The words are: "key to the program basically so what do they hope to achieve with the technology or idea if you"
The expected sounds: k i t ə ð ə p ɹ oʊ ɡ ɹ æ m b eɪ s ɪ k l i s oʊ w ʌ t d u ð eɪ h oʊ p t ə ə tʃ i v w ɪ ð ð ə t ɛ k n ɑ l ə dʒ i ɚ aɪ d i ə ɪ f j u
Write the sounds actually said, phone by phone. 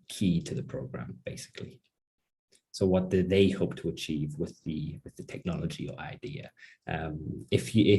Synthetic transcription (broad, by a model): k i t ə ð ə p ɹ oʊ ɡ ɹ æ m b eɪ s ɪ k l i s oʊ w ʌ t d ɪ ð eɪ h oʊ p t ə ə tʃ i v w ɪ ð ð ə t ɛ k n ɑ l ə dʒ i ɚ aɪ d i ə ɪ f j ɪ